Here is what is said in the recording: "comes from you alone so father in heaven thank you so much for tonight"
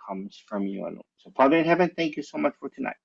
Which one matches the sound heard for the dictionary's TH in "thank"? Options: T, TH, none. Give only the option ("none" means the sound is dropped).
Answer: TH